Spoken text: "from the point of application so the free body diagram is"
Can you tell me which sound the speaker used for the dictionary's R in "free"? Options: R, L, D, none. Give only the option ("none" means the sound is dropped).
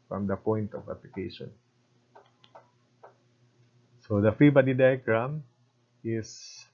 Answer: none